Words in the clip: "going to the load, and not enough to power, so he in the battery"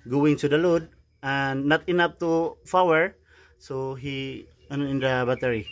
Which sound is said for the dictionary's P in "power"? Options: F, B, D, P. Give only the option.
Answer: F